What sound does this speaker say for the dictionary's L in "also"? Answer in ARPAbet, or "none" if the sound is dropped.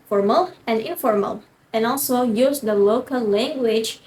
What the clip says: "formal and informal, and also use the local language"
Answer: L